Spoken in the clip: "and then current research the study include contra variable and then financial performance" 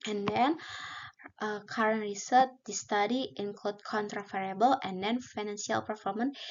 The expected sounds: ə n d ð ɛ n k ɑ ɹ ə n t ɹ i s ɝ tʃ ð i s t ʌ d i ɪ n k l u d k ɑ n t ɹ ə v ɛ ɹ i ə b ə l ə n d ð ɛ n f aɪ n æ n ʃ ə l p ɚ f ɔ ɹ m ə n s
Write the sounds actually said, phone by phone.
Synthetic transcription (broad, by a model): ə n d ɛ n k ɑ ɹ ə n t ɹ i s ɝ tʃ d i s t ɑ d i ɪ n k l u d k ɑ n t ɹ ə f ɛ ɹ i b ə l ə n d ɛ n f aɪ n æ n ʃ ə l p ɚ f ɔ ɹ m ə n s